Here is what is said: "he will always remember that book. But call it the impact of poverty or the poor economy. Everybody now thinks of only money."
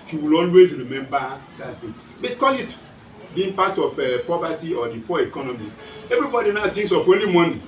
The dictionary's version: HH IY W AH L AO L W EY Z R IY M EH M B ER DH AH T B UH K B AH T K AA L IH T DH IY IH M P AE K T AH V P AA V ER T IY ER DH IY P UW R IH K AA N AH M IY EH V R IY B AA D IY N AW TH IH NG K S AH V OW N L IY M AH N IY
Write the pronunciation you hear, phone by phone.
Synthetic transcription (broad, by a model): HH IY W AH L AO L W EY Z R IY M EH M B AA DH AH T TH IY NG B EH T K AA L IH T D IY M P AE T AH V P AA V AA T IY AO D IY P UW IH K AA N AH M IY EH V R IY B AA D IY N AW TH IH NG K S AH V OW N L IY M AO N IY